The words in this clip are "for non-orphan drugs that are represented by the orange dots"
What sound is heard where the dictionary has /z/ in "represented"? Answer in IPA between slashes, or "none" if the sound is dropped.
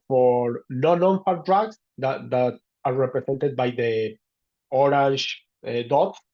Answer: /s/